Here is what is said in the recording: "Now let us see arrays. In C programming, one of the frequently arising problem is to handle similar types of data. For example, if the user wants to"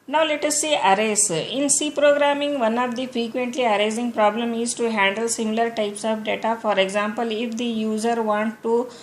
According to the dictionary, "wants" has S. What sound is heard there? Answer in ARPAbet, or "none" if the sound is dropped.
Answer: none